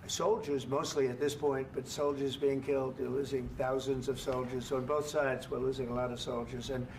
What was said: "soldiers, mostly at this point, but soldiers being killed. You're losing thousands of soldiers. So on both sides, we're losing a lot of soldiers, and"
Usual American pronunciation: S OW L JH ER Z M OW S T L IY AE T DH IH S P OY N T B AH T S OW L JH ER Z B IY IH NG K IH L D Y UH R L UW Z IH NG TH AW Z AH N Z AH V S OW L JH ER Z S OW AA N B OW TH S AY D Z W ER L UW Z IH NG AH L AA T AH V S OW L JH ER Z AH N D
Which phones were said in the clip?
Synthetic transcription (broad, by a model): S OW L JH ER Z M OW S T L IY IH T DH IH S P OY N T B AH T S OW L JH ER Z B IY IH NG K IH L D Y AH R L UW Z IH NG TH AW Z AH N Z AH V S OW L JH ER Z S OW N B OW TH S AY D Z W ER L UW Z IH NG AH L AA T AH V S OW L JH ER Z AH N